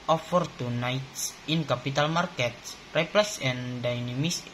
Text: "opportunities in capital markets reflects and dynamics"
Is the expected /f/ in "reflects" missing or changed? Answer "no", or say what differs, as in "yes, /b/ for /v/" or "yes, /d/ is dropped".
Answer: yes, /p/ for /f/